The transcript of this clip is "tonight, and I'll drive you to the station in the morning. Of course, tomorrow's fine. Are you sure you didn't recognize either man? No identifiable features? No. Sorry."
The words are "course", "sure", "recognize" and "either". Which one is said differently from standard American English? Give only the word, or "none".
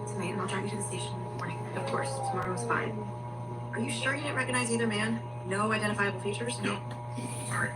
none